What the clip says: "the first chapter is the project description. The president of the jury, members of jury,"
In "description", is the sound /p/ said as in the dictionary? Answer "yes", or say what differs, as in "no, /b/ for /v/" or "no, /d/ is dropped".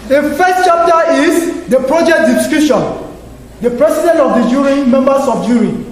no, /p/ is dropped